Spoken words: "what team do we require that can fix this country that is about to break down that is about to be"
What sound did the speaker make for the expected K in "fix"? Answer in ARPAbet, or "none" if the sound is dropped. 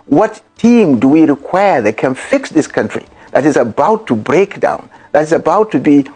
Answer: K